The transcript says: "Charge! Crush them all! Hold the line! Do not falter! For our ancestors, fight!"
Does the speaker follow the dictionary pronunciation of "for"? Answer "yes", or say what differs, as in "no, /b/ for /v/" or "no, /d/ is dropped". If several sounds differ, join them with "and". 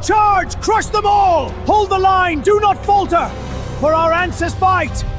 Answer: yes